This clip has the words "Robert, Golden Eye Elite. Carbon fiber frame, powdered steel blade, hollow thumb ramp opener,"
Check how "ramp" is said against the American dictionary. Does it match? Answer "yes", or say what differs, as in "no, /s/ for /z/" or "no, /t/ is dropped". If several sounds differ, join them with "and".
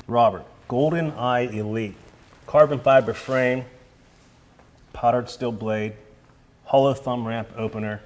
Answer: yes